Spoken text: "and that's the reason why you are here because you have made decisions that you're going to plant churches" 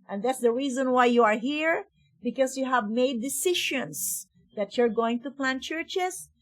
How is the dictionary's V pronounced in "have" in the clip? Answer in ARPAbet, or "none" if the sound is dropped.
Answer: V